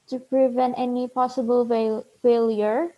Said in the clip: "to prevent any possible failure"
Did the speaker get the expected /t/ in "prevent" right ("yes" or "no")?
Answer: yes